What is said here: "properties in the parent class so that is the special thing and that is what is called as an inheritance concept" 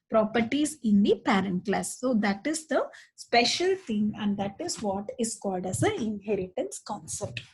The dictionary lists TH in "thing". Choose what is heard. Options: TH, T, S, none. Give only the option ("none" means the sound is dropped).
T